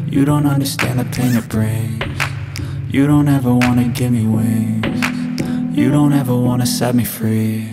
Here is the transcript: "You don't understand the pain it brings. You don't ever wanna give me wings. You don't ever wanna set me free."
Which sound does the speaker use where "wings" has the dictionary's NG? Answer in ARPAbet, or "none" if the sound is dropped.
none